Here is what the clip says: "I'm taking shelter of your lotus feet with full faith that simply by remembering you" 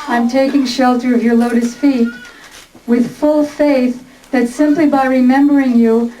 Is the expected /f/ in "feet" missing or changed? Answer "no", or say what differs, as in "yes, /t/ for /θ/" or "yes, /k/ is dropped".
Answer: no